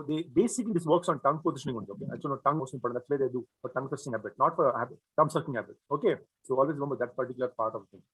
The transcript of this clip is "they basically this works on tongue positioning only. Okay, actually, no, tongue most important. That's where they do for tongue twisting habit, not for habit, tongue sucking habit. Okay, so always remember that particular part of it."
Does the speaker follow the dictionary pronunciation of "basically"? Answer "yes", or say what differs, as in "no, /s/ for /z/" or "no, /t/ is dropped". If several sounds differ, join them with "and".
no, /l/ is dropped